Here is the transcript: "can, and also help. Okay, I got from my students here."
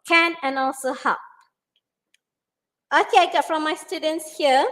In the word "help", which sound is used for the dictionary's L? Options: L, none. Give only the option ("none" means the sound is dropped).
none